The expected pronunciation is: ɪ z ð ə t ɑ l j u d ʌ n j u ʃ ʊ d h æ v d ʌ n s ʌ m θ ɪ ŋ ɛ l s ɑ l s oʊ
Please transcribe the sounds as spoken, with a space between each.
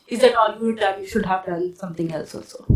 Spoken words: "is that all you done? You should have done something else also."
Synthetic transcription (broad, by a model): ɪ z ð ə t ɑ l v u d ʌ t j u ʃ ʊ d h æ v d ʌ l s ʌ m t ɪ ŋ ɛ l s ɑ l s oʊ